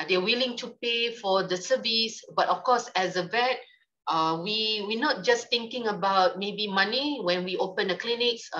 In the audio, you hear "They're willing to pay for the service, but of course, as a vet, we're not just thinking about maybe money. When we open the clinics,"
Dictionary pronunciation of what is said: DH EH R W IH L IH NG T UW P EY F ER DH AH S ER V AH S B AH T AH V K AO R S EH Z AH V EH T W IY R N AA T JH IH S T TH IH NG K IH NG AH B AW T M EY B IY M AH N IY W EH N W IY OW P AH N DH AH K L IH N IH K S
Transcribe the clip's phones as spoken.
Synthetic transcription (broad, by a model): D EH W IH L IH NG T UW P EY F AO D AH S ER V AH S B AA T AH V K AO S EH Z AH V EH T W IY W N AA T JH IH S T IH NG K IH NG AH B AW T M EY B IY M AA N IY W EH N W IY OW P AH N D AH K L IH N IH K S